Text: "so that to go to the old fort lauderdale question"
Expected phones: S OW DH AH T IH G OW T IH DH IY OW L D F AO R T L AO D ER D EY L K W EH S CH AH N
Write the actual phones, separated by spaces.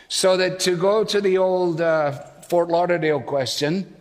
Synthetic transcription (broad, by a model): S OW DH AH T IH G OW T IH DH IY OW L D F AO R T L AO D ER D EY L K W EH S CH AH N